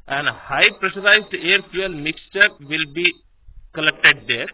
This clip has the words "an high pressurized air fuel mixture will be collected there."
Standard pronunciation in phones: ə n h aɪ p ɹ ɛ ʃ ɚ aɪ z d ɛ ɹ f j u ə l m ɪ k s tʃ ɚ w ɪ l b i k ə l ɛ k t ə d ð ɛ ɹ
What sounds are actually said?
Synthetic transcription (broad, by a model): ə n h aɪ p ɹ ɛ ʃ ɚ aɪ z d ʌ ɹ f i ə l m ɪ k s tʃ ɚ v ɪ l b i k ə l ɛ k t ə d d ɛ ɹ